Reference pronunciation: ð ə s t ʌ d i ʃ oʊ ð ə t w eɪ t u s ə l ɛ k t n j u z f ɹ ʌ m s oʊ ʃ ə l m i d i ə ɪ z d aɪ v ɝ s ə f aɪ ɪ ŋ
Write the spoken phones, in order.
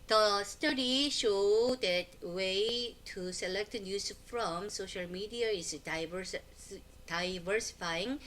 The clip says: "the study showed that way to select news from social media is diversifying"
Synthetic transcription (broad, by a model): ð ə s t ʌ d i ʃ oʊ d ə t w eɪ t u s ə l ɛ k t n j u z f ɹ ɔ m s oʊ ʃ ə l m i d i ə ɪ s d aɪ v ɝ s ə f aɪ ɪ ŋ